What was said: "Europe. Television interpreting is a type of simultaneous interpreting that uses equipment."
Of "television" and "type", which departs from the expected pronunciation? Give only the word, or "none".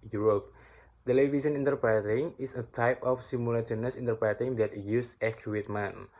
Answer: television